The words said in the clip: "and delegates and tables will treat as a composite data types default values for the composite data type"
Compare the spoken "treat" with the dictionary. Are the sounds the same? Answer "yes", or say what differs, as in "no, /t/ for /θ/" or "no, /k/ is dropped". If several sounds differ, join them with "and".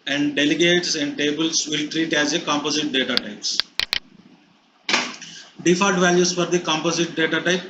yes